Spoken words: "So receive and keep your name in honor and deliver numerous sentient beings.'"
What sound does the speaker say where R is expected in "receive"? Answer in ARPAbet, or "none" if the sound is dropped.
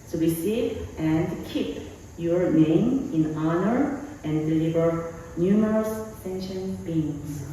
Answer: W